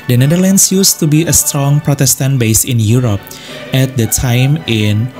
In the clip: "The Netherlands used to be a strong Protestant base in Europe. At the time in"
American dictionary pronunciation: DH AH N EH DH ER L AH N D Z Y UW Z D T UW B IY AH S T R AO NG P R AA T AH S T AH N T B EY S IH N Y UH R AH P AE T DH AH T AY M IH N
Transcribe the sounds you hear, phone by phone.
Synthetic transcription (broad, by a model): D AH N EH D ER L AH N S Y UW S T UW B IY AH S T R AO NG P R AA T AH S T AH N T B EY S IH N Y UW R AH P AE T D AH T AY M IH N